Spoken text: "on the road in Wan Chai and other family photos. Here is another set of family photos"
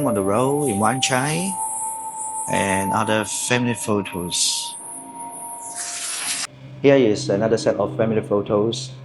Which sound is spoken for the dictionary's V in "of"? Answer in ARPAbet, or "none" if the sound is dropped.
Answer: F